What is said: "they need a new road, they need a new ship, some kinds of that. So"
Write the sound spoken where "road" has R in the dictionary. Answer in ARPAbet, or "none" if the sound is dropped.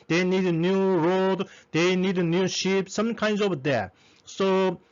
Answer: R